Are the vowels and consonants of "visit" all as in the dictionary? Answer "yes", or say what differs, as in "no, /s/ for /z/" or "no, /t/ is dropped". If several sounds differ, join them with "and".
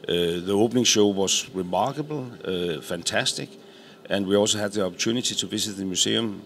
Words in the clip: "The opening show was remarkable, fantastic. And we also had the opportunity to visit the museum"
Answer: no, /s/ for /z/